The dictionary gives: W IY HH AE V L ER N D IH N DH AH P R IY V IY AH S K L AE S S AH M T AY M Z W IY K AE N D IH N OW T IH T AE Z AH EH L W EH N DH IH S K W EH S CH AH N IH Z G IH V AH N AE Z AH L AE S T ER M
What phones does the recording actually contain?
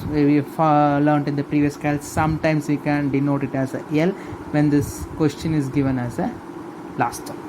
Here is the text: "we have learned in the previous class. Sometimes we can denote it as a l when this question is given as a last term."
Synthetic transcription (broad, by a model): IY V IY F L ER N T IH N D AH P R IY V IY AH S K AA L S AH M T AY M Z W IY K AE N D IH N OW T IH T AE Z AH EH L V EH N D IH S K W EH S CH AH N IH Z G IH V AH N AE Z AH L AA S T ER